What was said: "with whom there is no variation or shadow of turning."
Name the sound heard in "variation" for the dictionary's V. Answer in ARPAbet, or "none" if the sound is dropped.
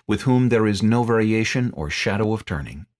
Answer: V